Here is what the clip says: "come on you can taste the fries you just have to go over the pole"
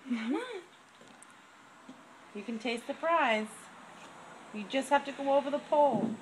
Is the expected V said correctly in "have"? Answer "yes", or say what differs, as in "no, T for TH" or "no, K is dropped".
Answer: no, F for V